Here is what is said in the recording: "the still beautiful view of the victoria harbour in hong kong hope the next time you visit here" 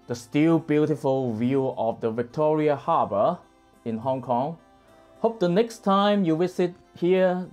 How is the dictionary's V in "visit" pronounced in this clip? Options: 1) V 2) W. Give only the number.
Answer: 2